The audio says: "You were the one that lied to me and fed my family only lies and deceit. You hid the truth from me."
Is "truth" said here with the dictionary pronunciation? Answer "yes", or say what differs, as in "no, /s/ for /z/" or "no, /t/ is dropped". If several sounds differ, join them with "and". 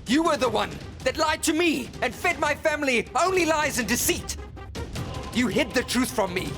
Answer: yes